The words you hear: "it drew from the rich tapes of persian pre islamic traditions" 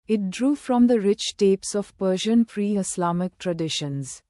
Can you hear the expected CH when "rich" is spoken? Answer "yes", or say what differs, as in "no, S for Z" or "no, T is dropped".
yes